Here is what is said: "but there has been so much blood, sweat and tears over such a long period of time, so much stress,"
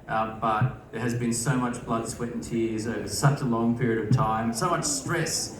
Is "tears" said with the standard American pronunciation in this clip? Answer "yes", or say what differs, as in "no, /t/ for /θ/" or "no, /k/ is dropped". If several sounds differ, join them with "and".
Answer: yes